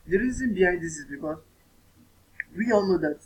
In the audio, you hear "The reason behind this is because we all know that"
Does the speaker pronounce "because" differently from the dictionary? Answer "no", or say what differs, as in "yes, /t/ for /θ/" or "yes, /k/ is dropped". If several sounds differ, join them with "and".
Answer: yes, /z/ is dropped